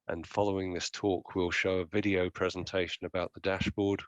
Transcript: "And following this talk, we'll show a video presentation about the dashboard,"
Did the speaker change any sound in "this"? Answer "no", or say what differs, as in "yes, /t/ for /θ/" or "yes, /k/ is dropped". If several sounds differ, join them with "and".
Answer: no